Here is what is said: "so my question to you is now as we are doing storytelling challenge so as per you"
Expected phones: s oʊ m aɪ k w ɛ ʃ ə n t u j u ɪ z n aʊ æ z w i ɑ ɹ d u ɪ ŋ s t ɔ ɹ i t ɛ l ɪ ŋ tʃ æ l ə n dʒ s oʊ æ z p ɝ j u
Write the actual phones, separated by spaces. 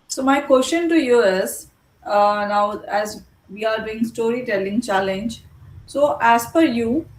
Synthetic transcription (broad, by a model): s oʊ m aɪ k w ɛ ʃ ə n t u j u ɪ z n aʊ æ z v i ɑ ɹ d u ɪ ŋ s t ɔ ɹ i t ɛ l ɪ ŋ tʃ æ l ə n dʒ s oʊ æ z f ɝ j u